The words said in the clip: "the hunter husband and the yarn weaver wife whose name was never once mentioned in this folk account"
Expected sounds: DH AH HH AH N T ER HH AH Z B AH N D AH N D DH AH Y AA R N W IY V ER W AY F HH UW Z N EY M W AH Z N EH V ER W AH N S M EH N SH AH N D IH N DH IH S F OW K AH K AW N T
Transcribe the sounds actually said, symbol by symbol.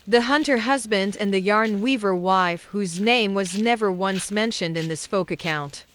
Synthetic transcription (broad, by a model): DH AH HH AH N T ER HH AH Z B AH N D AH N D DH AH Y AA R N W IY V ER W AY F HH UW Z N EY M W AH Z N EH V ER W AH N S M EH N SH AH N D IH N DH IH S F OW K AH K AW N T